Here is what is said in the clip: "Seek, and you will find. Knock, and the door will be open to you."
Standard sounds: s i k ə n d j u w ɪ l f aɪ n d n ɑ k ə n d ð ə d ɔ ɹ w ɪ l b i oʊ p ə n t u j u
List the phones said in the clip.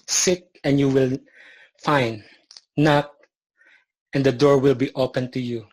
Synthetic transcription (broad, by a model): s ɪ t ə n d j u w ɪ l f aɪ n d n ɑ k ə n d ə d ɔ ɹ w ɪ l b i oʊ p ə n t u j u